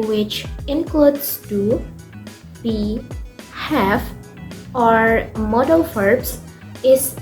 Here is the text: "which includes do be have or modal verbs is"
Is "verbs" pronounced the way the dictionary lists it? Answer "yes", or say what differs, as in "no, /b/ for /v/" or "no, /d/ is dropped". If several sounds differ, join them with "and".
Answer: no, /f/ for /v/